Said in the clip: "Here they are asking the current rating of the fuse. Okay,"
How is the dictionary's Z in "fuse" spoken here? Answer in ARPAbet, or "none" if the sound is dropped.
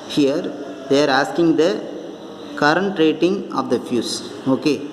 S